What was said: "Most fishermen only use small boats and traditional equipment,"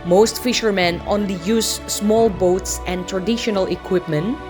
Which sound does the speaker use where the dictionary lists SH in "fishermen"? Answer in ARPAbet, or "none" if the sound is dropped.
SH